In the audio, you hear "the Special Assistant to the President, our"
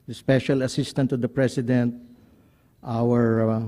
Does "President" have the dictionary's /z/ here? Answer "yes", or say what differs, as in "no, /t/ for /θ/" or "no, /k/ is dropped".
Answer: no, /s/ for /z/